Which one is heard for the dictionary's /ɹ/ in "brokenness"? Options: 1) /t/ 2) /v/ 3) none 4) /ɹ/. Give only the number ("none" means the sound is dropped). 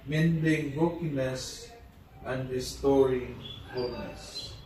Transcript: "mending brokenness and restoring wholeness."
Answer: 3